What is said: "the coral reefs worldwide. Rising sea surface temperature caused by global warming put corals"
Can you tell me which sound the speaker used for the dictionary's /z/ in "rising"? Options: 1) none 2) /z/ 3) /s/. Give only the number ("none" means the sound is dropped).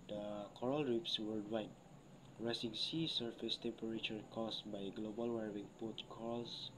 3